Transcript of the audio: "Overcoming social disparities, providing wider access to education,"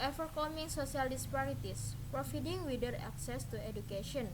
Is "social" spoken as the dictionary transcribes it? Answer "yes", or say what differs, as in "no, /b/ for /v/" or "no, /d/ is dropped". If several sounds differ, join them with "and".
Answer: no, /s/ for /ʃ/